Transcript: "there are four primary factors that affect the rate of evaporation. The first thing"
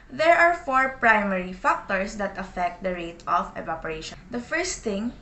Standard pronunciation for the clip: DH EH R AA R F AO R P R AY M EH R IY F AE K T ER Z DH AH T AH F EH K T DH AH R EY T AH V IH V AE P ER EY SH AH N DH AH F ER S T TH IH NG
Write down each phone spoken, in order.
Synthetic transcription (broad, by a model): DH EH R AA R F AO R P R AY M EH R IY F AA K T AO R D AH T AH F EH K T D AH R EY T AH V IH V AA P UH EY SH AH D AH F ER S T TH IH NG